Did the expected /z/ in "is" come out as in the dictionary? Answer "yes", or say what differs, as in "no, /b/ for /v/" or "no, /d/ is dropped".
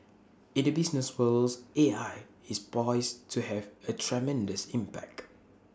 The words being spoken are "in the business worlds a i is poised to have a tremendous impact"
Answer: no, /s/ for /z/